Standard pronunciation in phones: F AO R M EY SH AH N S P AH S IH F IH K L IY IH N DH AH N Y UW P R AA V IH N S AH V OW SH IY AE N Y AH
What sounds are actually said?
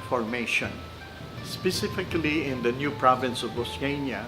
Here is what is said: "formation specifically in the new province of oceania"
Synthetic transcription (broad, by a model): F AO R M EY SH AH N S P AH S IH F IH K L IY IH N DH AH N Y UW P R AA V IH N S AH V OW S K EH N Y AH